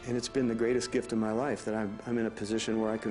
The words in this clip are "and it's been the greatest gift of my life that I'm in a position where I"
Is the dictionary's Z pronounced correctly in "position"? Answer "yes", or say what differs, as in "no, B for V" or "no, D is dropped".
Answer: yes